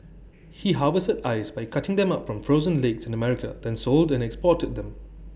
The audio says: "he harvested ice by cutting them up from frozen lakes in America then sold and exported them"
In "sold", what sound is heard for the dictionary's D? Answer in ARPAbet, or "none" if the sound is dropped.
D